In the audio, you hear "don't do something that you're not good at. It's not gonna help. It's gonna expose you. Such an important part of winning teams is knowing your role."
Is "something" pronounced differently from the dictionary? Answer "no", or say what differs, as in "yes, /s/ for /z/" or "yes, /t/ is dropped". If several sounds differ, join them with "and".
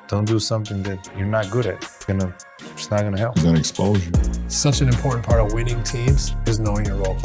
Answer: no